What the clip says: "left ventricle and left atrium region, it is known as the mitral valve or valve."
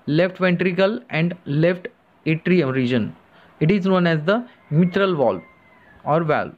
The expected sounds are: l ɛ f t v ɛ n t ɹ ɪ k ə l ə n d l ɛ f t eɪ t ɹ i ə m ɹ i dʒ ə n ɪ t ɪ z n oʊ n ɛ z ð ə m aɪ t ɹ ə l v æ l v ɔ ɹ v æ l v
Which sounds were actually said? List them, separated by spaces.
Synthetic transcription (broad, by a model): l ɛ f t v ɛ n t ɹ ɪ k ə l ə n d l ɛ f t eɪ t ɹ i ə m ɹ i dʒ ə n ɪ t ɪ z n oʊ n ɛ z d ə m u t ɹ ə l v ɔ l ɔ ɹ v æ l